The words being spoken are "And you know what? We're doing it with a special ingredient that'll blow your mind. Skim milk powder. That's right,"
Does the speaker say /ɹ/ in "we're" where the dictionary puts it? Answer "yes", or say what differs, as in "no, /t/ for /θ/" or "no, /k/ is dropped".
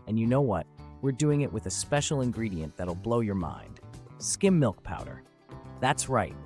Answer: yes